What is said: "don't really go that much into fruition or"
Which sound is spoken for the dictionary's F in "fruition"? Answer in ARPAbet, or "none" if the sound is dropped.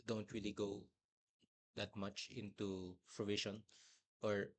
P